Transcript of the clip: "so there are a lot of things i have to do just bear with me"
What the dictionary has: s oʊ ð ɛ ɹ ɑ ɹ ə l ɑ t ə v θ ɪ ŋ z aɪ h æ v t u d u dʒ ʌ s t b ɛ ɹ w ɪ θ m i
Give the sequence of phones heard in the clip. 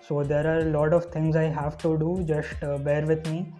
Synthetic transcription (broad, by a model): s oʊ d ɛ ɹ ɑ ɹ l ɑ t ə v t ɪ ŋ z aɪ h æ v t u d u dʒ ʌ s t b ɛ ɹ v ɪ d m i